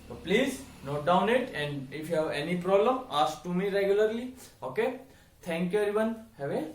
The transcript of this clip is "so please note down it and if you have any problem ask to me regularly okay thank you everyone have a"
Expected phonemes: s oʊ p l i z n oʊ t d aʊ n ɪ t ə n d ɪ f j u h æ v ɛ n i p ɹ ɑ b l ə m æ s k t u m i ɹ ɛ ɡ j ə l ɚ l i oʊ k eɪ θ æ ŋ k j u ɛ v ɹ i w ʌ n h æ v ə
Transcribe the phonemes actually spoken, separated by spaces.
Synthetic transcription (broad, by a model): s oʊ p l i z n oʊ t d aʊ n ɪ t ə n d ɪ f j u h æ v ɛ n i p ɹ ɑ b l ə m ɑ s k t u m i ɹ ɛ ɡ j ə l ɚ l i oʊ k eɪ t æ ŋ k j u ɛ ɹ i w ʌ n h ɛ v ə